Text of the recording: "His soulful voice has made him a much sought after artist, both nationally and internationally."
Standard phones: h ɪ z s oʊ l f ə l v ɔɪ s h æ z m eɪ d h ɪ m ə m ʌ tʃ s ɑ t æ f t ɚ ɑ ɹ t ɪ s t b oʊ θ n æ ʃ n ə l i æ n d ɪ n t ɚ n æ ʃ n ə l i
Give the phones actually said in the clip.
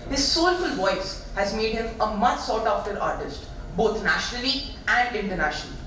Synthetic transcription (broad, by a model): h ɪ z s oʊ l f ə l v ɔɪ s h æ z m eɪ d h ɪ m ə m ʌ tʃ s ɑ t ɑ f t ɚ ɑ ɹ t ɪ s t b oʊ t n æ ʃ n ə l i æ n d ɪ n t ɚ n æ ʃ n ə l i